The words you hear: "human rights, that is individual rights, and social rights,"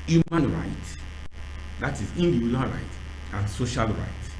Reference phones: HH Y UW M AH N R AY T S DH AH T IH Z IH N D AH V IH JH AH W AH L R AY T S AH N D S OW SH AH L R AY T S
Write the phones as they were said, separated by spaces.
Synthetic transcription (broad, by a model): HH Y UW M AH N R AY T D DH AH T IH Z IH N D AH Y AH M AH N R AY T AH N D S OW SH AH L R AY T